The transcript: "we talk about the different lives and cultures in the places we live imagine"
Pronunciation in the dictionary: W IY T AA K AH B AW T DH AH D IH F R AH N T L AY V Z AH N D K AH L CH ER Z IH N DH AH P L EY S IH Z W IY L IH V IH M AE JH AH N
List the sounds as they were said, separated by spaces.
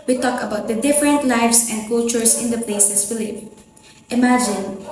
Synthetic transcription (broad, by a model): W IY T AA K AH B AW T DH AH D IH F R AH N T L AY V S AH N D K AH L CH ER S IH N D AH P L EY S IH S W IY L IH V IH M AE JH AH N